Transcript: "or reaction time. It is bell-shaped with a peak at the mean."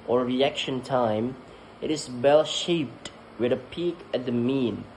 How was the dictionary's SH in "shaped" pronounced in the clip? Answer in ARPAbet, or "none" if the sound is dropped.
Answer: SH